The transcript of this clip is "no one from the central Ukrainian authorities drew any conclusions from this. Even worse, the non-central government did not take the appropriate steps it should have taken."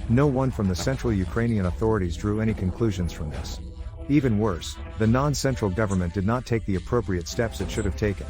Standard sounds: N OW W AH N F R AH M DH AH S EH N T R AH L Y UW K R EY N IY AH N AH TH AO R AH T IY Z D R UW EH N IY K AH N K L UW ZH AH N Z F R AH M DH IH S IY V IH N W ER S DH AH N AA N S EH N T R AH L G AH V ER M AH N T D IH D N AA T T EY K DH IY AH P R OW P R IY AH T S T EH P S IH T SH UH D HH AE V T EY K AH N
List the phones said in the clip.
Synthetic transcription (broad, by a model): N OW W AH N F R AH M DH AH S EH N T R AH L Y UW K R EY N IY AH N AH TH AO R AH T IY Z D R UW EH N IY K AH N K L UW ZH AH N Z F R AH M DH IH S IY V IH N W ER S DH AH N AA N S EH N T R L G AH V ER M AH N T D IH D N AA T T EY K DH IY AH P R OW P R IY AH T S T EH P S IH T SH UH D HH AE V T EY K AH N